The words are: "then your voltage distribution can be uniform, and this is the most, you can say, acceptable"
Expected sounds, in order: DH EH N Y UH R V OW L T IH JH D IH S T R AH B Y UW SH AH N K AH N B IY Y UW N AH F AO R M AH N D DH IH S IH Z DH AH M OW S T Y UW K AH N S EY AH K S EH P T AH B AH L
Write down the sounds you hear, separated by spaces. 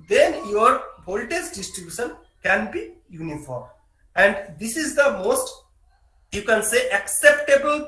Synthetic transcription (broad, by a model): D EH N Y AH R B OW L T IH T D IH S T R AH B Y UW SH AH N K AH N B IY Y UW N AH F AO R M AH N D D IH S IH Z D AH M OW S T Y UW K AH N S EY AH K S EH P T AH B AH L